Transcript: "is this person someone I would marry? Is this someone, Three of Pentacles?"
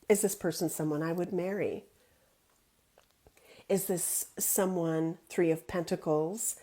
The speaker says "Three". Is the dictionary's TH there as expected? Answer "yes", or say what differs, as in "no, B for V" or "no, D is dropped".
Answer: yes